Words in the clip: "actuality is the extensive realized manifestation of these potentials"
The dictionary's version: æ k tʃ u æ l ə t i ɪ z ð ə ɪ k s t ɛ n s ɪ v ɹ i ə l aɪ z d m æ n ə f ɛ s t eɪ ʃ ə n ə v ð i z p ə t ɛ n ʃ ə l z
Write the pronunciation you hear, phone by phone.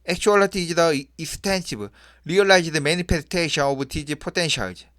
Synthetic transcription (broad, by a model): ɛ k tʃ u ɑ l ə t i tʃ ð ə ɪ s t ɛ n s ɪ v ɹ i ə l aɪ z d m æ n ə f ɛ s t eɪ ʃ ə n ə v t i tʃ p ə t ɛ n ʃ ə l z